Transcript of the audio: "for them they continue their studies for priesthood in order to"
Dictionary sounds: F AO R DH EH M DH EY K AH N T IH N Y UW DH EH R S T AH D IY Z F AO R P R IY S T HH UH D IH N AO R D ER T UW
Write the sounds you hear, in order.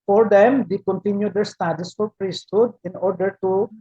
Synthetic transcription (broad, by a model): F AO R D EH M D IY K AH N T IH N Y UW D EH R S T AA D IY S F AO R P R IY S T HH UH D IH N AO R D ER T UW